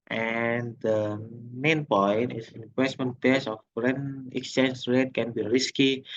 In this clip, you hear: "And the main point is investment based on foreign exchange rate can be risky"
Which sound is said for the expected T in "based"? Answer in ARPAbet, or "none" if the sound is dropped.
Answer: none